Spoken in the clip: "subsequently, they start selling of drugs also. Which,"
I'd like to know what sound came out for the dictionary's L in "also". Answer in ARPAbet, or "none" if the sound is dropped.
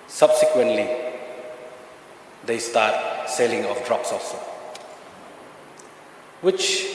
L